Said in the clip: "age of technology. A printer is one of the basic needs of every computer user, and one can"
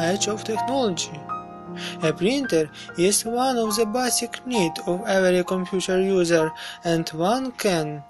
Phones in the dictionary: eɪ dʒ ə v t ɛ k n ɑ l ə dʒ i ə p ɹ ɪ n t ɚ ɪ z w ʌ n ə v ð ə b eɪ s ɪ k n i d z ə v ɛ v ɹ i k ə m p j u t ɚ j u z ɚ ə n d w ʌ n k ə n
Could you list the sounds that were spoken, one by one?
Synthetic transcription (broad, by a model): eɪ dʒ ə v t ɛ k n ɑ l ə dʒ i ə p ɹ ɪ n t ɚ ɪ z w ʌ n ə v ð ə b eɪ s ɪ k n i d ə v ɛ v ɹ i k ə m p j u t ɚ j u z ɚ ə n d w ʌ n k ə n